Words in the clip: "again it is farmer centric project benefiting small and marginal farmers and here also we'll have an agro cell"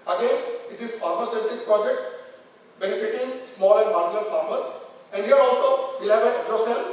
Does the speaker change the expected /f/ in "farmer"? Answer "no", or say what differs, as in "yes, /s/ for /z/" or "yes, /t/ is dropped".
yes, /p/ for /f/